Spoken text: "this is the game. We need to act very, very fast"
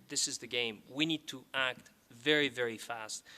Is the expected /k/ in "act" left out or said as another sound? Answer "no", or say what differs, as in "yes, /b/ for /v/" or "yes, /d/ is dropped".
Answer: no